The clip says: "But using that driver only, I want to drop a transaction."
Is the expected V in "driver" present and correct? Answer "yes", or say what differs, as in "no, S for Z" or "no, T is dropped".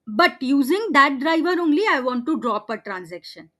yes